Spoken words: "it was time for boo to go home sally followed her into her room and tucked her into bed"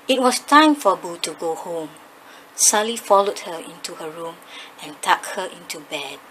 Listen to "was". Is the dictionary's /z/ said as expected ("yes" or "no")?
no